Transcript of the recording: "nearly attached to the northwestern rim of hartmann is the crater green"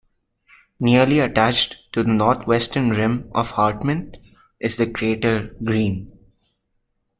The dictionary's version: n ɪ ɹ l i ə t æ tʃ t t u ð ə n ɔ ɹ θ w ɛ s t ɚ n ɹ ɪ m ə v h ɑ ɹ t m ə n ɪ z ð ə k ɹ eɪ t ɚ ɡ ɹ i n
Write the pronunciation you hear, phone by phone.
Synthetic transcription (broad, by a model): n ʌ ɹ l i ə t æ tʃ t t u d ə n ɔ ɹ t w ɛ s t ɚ n ɹ ɪ m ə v h ɑ ɹ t m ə n ɪ z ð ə k ɹ eɪ t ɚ ɡ ɹ i n